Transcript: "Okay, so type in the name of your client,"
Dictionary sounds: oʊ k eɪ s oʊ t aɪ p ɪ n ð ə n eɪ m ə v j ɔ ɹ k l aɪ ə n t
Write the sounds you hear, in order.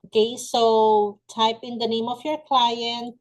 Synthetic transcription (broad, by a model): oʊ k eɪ s oʊ t aɪ p ɪ n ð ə n eɪ m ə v j ɔ ɹ k l aɪ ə n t